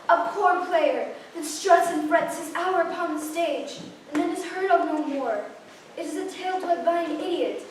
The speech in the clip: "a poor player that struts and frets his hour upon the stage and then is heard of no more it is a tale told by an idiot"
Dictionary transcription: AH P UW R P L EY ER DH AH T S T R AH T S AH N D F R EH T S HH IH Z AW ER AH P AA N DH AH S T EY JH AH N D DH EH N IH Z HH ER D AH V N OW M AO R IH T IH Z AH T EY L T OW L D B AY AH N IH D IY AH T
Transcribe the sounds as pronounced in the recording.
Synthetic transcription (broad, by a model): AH P UW R P L EY ER DH AH T S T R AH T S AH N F R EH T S HH IH Z AW ER AH P AA N DH AH S T EY JH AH N DH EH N IH Z HH ER D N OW M AO R IH T IH Z AH T EY L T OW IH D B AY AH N IH D IY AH T